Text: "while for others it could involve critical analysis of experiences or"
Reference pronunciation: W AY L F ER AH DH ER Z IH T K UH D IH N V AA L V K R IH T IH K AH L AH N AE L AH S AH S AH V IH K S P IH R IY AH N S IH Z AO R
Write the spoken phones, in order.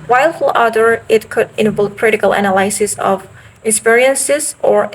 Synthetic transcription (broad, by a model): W AY L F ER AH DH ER IH T K UH D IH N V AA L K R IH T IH K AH L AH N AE L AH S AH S AH V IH K S P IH R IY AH N S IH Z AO R